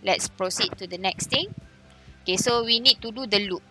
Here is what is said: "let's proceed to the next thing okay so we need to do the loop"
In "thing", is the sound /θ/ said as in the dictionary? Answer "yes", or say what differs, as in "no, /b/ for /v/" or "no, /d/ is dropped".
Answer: no, /t/ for /θ/